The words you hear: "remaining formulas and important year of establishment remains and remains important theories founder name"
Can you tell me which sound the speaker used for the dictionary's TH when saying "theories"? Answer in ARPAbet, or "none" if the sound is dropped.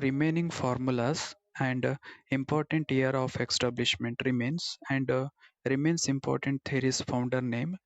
T